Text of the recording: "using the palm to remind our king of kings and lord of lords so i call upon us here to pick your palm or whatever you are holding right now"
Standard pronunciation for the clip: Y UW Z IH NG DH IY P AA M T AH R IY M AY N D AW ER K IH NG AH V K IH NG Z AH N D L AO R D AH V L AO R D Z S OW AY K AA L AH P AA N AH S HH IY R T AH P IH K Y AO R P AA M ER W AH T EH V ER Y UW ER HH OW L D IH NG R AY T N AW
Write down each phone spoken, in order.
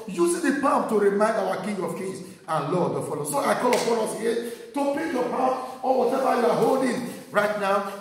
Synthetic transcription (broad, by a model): Y UW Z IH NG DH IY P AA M T AH R IY M AY N D AW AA K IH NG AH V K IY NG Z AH N L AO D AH F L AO S OW AY K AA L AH F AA L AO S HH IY T AH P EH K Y AO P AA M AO W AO T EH V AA Y UW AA HH OW L D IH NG R AY T N AW